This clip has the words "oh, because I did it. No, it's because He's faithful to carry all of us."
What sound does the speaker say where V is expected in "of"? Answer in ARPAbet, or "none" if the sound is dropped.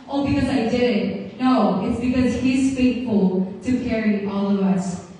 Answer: V